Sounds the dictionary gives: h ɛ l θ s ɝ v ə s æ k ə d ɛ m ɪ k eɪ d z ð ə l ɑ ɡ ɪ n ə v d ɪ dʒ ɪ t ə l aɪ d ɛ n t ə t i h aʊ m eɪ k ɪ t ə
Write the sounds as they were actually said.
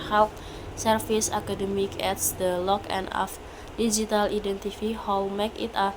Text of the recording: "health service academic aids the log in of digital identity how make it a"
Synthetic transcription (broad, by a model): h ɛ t s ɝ f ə s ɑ k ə d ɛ m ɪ k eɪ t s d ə l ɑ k ɪ n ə f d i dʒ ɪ t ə l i d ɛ n t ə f i h aʊ m eɪ k ɪ t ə